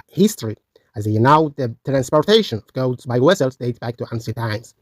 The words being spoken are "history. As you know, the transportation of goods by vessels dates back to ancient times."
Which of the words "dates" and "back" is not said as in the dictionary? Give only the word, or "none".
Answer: dates